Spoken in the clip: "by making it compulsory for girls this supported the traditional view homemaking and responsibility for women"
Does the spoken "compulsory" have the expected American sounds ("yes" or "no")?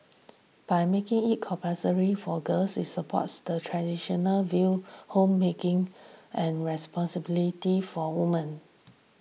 no